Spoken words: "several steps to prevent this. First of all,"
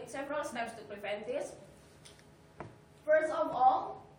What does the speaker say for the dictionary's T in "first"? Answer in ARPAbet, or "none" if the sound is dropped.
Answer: none